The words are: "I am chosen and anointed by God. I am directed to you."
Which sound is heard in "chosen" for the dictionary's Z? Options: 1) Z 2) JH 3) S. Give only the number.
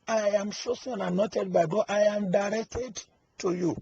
3